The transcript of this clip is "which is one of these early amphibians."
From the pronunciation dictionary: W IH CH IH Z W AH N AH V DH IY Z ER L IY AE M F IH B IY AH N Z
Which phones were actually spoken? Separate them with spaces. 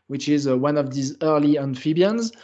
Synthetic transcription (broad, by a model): W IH CH IH Z W AH N AH V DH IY Z ER L IY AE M F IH B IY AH N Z